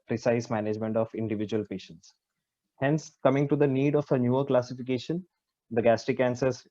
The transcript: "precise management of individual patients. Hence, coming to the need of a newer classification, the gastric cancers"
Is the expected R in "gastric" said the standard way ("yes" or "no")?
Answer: no